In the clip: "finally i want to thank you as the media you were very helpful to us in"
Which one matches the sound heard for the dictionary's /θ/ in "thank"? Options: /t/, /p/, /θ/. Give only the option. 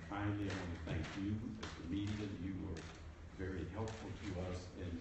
/θ/